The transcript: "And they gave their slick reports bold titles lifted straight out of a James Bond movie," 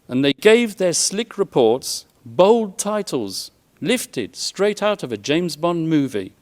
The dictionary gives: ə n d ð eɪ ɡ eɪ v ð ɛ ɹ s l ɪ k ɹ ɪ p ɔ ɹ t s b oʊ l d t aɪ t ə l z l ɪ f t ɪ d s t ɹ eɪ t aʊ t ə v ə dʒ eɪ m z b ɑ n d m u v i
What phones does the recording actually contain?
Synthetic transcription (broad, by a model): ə n ð eɪ ɡ eɪ v ð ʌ ɹ s l ɪ k ɹ ɪ p ɔ ɹ t s b oʊ l d t aɪ t l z l ɪ f t ɪ d s t ɹ eɪ t aʊ t ə v ə dʒ eɪ m z b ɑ n m u v i